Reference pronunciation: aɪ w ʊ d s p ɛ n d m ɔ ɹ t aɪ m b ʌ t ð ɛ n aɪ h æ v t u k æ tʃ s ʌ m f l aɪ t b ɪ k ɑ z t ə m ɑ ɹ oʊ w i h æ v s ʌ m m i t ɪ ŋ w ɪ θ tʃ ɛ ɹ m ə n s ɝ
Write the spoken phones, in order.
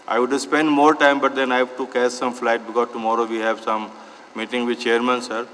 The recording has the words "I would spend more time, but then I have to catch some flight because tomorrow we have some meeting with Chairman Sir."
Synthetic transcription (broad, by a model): aɪ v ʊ d s p ɛ n d m ɔ ɹ t aɪ m b ʌ t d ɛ n aɪ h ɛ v t u k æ s s ʌ m f l aɪ t b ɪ k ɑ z t ə m ɑ ɹ oʊ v i h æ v s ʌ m m i t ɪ ŋ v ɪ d tʃ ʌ ɹ m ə n s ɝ